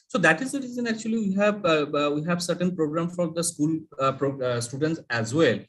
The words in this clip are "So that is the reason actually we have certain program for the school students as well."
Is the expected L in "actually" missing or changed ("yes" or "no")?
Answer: yes